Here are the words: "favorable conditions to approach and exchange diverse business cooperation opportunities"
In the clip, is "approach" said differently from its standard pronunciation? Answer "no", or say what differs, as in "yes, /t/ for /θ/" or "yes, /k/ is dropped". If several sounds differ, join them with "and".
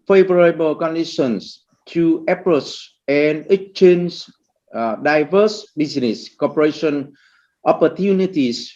yes, /s/ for /tʃ/